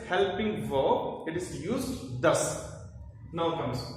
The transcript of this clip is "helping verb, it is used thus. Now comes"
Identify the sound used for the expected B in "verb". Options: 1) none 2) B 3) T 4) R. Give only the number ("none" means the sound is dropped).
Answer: 1